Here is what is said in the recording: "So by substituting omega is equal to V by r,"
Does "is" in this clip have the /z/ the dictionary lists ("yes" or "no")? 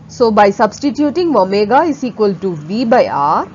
no